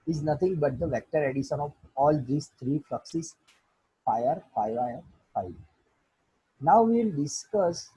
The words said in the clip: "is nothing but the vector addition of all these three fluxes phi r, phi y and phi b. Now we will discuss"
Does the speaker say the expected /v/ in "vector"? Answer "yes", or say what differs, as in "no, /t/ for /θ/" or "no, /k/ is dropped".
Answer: yes